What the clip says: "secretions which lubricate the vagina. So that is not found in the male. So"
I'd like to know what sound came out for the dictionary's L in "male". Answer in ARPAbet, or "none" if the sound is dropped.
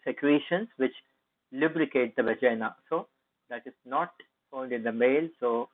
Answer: L